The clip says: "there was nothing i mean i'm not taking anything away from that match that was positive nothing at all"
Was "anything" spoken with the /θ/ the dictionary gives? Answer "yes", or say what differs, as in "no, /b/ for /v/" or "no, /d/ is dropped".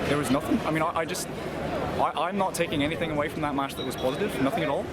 yes